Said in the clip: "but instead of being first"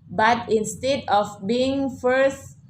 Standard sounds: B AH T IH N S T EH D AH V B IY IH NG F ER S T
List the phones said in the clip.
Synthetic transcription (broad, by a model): B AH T IH N S T EH D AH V B IY IH NG F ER S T